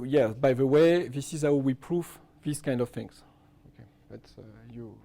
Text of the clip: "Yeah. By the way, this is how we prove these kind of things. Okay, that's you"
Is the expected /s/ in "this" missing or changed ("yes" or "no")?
no